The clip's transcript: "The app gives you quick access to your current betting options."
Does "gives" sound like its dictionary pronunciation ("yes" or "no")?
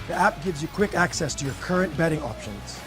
yes